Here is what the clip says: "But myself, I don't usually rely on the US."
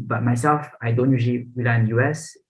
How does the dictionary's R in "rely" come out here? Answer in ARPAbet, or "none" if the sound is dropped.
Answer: W